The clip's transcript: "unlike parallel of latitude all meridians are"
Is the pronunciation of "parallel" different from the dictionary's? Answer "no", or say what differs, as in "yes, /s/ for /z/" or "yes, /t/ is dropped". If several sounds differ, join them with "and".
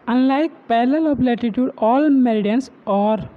yes, /l/ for /ɹ/